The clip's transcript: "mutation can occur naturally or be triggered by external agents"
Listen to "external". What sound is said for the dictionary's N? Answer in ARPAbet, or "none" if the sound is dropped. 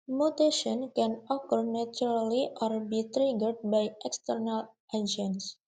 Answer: N